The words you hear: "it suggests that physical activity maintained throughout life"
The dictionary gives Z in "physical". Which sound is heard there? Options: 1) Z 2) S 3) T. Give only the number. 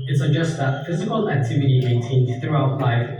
1